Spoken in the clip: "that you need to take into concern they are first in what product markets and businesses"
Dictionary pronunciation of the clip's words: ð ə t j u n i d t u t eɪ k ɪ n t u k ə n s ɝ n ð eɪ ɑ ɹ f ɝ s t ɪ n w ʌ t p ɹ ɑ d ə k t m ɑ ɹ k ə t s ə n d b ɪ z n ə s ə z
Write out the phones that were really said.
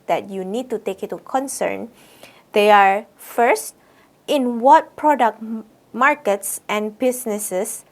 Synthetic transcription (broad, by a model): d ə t j u n i d t u t eɪ k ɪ t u k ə n s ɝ n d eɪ ɑ ɹ f ɝ s t ɪ n w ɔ t p ɹ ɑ d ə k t m ɑ ɹ k ə t s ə n b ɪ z n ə s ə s